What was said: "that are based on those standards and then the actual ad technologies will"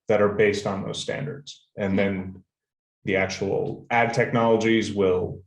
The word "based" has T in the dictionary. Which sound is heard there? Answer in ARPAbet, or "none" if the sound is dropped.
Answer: T